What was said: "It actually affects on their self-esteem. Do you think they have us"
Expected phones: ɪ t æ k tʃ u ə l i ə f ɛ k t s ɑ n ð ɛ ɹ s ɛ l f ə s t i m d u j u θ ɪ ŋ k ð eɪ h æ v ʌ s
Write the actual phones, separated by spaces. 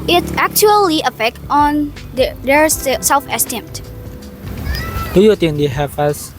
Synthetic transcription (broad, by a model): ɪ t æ k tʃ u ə l i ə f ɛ k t ɑ n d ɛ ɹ s ɛ l f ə s t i m d u j u t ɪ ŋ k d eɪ h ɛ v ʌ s